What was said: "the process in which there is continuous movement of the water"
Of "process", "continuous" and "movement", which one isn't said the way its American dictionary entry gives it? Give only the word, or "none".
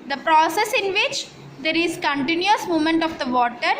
movement